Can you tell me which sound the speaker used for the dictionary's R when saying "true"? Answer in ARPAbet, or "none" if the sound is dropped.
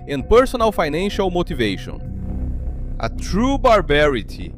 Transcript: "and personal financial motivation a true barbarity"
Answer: R